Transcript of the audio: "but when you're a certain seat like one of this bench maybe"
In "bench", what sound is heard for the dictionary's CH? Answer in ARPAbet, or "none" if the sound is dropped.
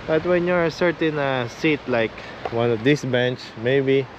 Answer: CH